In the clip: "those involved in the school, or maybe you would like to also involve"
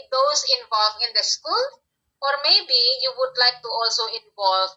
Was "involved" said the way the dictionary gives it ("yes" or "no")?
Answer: no